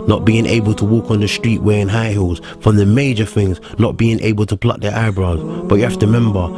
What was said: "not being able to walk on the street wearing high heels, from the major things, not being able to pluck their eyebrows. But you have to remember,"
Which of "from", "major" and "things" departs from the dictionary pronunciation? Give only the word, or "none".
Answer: none